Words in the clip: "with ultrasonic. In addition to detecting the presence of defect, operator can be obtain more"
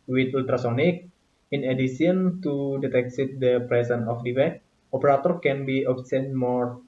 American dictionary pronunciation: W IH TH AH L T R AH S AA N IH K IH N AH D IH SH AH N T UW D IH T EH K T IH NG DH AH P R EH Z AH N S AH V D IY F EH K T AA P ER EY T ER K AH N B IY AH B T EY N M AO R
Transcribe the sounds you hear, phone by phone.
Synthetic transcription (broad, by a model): W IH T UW L T R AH S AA N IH K IH N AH D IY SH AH N T UW D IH T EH K S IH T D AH P R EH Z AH N AH F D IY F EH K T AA P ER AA T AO K AH N B IY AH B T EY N M AO R